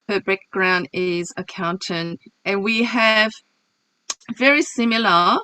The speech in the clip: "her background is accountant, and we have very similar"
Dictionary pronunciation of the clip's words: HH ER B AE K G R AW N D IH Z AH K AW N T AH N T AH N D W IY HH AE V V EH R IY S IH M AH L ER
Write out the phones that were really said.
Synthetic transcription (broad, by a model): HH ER B AE K G R AW N D IH Z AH K AW N T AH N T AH N W IY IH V V EH R IY S IH M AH L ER